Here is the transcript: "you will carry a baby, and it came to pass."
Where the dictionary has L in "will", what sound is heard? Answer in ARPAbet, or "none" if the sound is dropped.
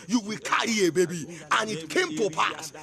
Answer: L